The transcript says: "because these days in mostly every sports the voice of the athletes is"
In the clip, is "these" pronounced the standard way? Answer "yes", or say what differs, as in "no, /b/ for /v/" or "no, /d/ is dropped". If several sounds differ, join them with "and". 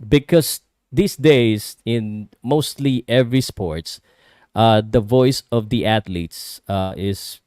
no, /s/ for /z/